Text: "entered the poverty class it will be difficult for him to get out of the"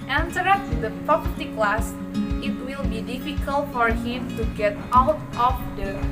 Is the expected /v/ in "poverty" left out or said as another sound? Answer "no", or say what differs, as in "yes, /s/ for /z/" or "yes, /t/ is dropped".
yes, /p/ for /v/